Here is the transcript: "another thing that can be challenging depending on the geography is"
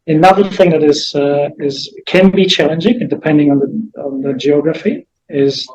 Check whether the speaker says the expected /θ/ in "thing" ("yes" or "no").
yes